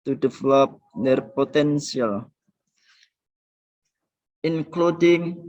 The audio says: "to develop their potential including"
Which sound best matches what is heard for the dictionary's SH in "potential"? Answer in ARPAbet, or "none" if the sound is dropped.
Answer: S